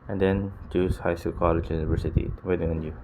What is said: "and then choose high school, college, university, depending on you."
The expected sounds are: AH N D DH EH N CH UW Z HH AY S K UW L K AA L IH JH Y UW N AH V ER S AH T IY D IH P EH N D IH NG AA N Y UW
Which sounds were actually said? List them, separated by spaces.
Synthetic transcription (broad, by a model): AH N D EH N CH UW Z HH AY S UW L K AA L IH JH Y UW N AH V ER S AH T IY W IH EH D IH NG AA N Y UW